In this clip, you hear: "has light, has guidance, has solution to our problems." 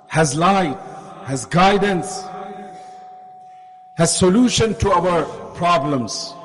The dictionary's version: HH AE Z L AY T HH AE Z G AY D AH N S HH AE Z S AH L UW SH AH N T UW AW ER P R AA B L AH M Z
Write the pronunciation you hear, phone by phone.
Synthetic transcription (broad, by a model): HH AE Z L AY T HH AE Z G AY D AH N S HH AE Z S AH L UW SH AH N T UW AW ER P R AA B L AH M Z